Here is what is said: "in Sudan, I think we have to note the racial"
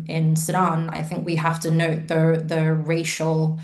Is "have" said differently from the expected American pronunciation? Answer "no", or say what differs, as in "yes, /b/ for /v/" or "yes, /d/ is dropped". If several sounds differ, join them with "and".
yes, /f/ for /v/